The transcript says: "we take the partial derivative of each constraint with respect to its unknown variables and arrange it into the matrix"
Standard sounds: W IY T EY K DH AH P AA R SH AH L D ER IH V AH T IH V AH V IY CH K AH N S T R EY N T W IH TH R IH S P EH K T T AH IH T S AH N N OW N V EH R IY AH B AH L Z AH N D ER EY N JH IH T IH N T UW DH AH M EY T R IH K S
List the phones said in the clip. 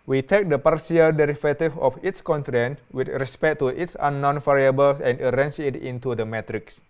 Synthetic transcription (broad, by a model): W IY T EY K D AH P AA R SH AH L D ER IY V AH T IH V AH F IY S K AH N T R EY N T W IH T R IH S P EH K T T AH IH T S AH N N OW N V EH R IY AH B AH L S AH N D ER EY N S IH T IH N T UW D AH M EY T R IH K S